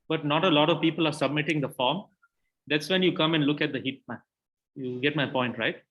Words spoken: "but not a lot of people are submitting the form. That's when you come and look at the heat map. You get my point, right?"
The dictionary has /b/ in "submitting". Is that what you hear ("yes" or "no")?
yes